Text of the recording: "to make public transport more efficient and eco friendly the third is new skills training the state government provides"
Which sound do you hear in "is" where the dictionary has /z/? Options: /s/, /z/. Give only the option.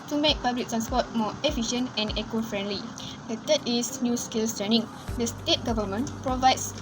/s/